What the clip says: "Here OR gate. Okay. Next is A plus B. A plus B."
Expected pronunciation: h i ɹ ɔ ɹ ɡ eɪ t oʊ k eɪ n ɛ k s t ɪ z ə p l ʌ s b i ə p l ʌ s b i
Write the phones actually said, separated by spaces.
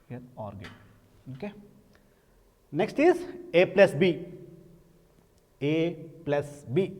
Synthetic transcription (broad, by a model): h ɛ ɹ ɔ ɹ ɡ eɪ oʊ k eɪ n ɛ k s t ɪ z ə p l ʌ s b i ə p l ʌ s b i